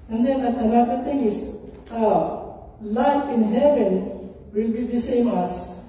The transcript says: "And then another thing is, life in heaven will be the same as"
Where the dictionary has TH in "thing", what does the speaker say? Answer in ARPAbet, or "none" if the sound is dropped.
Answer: T